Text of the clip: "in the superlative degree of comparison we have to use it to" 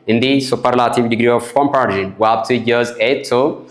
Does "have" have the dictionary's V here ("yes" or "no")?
no